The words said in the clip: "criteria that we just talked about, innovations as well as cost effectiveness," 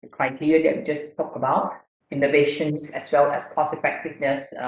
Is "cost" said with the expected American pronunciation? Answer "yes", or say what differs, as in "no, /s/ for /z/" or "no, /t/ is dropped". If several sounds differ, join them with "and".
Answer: no, /t/ is dropped